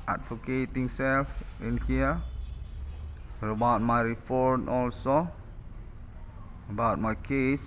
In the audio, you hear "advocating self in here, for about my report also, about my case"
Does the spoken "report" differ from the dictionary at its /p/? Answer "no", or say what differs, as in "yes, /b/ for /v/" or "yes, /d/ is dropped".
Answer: yes, /f/ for /p/